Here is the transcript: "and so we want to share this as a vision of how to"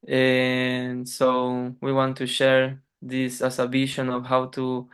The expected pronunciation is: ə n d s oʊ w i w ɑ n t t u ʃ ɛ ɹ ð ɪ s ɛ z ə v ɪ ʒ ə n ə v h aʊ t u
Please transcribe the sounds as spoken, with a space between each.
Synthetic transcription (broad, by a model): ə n s oʊ w i w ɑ n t t u ʃ ɛ ɹ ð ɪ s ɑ s ə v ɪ ʃ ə n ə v h aʊ t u